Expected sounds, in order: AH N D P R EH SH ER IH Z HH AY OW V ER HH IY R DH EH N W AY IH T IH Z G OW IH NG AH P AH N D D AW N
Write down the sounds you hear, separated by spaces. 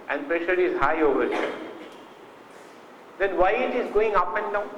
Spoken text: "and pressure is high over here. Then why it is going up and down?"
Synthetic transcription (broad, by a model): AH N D P R EH SH ER IH Z HH AY OW V ER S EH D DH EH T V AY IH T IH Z G OW IH NG AH P AH N D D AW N